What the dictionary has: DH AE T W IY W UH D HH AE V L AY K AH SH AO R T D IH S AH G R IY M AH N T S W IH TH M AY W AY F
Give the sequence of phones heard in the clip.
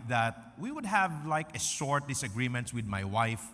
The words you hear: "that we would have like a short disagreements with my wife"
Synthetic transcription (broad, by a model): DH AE T W IY W UH D HH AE V L AY K AH S AO R T D IH S AH G R IY M AH N T S W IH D M AY W AY F